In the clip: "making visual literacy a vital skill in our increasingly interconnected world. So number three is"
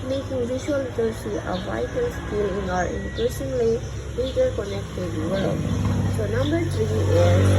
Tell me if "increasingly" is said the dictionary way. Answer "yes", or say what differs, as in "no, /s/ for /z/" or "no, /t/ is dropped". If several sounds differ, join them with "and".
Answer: no, /ʃ/ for /s/